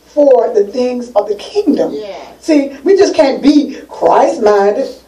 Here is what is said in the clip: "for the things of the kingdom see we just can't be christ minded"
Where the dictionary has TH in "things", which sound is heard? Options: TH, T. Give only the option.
TH